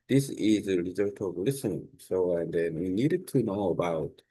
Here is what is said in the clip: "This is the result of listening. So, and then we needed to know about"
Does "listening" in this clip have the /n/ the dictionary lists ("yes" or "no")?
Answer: no